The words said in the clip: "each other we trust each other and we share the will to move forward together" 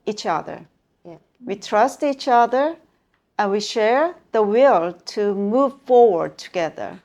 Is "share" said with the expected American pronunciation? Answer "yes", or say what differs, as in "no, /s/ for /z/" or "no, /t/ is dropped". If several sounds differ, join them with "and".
yes